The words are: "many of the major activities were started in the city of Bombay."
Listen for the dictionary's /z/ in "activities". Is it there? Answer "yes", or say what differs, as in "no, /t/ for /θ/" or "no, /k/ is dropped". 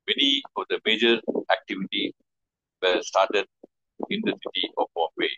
no, /z/ is dropped